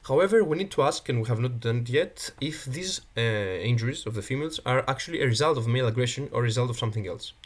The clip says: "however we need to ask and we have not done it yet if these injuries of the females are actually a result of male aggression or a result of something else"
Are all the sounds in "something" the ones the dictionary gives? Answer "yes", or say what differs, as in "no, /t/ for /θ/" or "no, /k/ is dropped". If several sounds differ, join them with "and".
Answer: yes